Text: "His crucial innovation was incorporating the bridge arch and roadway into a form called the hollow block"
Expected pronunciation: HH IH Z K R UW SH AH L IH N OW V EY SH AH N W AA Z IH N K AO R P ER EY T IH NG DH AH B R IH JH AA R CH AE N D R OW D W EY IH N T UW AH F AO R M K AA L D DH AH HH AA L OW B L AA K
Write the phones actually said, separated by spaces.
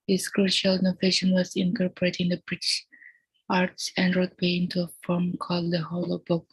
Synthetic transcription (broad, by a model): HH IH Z K R UW SH AH L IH N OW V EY SH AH N W AA Z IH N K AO R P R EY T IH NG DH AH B R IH SH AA R S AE N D R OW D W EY IH N T UW AH F AO R M K AA L D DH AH HH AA L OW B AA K